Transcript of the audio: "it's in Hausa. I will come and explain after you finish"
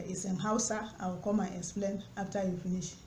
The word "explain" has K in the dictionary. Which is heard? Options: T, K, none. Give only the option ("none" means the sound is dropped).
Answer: K